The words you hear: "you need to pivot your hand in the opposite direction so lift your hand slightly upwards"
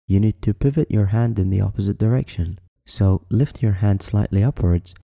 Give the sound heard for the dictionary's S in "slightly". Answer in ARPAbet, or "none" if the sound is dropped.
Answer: S